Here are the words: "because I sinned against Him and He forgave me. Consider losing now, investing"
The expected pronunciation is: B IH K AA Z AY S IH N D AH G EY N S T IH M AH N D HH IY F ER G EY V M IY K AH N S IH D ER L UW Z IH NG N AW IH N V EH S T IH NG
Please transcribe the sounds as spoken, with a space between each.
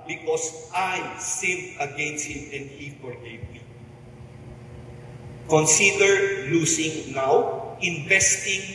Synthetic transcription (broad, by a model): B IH K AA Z AY S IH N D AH G EY N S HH IH M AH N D HH IY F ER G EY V M IY K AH N S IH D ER L UW S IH NG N AW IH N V EH S T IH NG